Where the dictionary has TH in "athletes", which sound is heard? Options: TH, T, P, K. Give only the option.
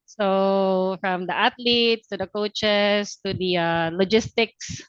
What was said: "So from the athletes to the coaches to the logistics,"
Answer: T